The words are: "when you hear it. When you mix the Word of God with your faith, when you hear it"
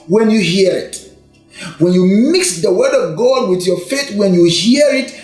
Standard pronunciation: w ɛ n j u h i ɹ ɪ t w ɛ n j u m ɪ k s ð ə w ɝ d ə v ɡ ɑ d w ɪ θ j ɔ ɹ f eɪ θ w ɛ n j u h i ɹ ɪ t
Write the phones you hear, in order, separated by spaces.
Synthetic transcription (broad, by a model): w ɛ n j u h i ɹ ɪ t w ɛ n j u m ɪ k s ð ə w ɝ d ə v ɡ ɑ d w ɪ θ j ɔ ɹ f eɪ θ w ɛ n j u h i ɹ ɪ t